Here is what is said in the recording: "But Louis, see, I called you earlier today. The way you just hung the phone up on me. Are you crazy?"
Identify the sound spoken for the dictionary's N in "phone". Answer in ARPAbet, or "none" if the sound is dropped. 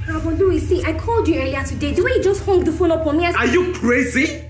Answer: L